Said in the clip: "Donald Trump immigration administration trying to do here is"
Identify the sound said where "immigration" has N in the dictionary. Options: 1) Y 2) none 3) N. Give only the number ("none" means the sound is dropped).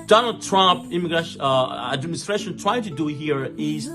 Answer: 2